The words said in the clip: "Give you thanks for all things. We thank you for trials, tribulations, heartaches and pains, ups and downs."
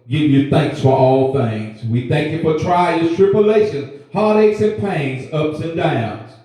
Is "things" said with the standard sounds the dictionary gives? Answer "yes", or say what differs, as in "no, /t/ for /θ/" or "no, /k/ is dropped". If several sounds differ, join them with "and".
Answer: yes